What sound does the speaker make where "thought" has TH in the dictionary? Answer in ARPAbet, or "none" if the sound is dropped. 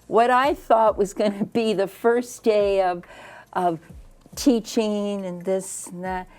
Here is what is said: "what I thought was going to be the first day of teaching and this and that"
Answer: TH